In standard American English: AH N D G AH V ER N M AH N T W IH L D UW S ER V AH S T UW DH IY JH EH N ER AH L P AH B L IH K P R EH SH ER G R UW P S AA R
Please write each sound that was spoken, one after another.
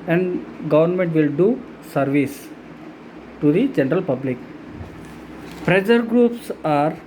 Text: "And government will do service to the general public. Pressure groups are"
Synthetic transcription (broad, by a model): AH N D G AH V ER N M AH N T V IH L D UW S ER V AH S T UW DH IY JH EH N ER AH L P AH B L IH K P R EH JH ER G R UW P S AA R